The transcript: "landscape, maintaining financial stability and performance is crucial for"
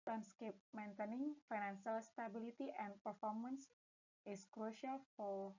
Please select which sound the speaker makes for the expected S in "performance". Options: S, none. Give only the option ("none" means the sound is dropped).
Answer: S